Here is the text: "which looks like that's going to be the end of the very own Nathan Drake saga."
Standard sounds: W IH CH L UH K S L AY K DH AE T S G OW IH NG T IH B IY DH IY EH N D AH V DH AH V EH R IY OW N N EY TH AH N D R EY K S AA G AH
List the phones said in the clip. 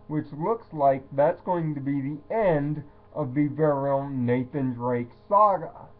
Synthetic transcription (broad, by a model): W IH CH L UH K S L AY K DH AE T S G OW IH NG T IH B IY DH IY EH N D AH V DH AH V EH R IY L N EY TH AH N D R EY K S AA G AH